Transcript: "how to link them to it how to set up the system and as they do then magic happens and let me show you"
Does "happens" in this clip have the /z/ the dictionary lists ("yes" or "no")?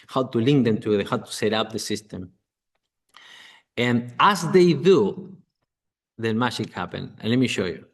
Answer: no